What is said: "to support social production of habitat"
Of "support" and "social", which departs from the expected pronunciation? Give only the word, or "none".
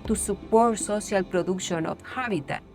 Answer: social